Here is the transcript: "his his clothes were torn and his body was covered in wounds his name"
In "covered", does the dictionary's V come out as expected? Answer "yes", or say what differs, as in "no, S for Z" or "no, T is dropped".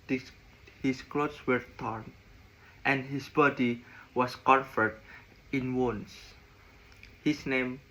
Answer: no, F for V